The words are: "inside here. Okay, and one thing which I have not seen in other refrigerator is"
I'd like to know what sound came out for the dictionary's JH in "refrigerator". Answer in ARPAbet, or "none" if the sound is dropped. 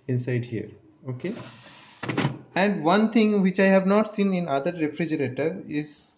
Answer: JH